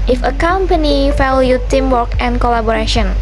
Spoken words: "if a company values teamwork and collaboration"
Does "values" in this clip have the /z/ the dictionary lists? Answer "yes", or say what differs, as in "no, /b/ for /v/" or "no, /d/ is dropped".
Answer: no, /z/ is dropped